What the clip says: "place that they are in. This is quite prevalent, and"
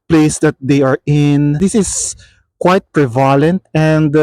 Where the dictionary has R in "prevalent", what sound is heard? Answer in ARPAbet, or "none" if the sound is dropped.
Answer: R